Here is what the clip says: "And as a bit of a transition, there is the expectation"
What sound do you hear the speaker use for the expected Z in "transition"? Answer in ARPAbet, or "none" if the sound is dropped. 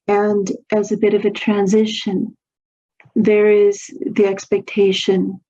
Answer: Z